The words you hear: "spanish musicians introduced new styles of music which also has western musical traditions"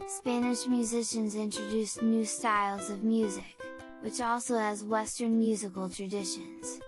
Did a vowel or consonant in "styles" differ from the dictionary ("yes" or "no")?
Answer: no